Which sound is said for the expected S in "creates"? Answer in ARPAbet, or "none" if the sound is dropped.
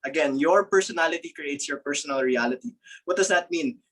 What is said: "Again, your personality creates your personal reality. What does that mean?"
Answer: S